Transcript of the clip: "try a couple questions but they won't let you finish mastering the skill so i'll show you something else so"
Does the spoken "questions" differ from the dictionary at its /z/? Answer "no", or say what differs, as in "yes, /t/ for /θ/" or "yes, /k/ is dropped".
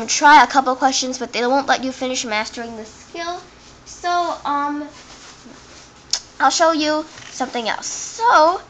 no